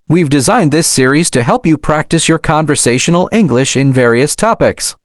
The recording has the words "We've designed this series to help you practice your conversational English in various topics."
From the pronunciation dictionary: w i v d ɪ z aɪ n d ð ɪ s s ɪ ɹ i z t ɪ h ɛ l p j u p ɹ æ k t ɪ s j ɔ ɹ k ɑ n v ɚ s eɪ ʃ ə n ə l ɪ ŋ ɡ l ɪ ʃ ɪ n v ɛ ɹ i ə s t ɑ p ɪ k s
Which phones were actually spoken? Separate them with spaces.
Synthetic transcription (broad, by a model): w i v d ɪ z aɪ n d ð ɪ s s ɪ ɹ i z t ɪ h ɛ l p j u p ɹ æ k t ɪ s j ɔ ɹ k ɑ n v ɚ s eɪ ʃ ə n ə l ɪ ŋ ɡ l ɪ ʃ ɪ n v ɛ ɹ i ə s t ɑ p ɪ k s